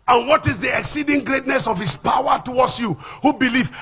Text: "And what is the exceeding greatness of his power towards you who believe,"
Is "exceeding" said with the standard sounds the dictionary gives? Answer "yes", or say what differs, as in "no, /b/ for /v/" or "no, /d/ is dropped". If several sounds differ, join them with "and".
yes